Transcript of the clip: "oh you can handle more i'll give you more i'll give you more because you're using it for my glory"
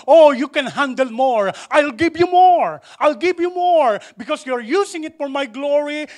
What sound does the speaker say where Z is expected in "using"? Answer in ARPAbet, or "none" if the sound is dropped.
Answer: S